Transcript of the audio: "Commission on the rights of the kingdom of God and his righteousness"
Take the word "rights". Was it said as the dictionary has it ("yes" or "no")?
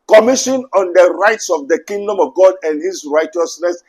yes